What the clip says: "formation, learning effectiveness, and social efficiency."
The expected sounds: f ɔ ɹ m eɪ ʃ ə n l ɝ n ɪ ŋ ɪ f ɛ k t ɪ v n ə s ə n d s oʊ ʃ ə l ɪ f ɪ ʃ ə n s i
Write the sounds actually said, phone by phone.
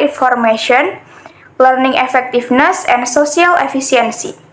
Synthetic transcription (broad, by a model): f ɔ ɹ m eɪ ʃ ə n l ɝ n ɪ ŋ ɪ f ɛ k t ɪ f n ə s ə n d s oʊ s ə l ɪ f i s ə n s i